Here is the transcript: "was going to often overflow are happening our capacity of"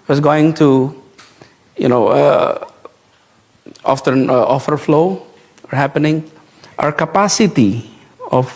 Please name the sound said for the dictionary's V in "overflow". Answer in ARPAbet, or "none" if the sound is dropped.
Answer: F